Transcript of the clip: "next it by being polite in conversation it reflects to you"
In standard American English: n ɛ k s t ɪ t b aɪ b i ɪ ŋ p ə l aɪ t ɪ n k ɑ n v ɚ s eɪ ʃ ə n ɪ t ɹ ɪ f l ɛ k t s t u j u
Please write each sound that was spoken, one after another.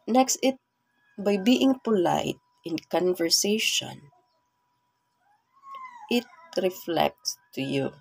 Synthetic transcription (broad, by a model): n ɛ k s t ɪ t b aɪ b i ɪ ŋ p ə l aɪ t ɪ n k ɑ n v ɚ s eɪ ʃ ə n ɪ t ɹ ɪ f l ɛ k t s t u j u